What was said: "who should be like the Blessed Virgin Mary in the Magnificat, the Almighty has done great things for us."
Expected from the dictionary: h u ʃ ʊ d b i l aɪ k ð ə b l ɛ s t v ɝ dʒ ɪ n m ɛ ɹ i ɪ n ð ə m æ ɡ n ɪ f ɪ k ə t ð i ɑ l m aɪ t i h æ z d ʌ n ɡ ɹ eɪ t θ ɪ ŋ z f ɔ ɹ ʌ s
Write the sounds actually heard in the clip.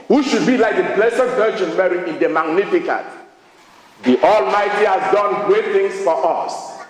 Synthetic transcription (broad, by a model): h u ʃ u d b i l aɪ k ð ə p l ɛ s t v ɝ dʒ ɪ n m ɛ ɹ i ɪ n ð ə m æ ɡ n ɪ f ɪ k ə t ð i ɑ l m aɪ t i h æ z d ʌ n ɡ ɹ eɪ t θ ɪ ŋ s f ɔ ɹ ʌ s